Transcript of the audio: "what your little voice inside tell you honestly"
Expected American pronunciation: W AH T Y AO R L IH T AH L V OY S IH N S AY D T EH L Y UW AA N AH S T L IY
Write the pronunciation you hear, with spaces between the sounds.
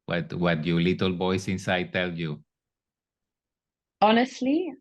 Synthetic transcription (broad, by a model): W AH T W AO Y L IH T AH L B OY S IH N S AY D T EH L Y UW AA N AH S T L IY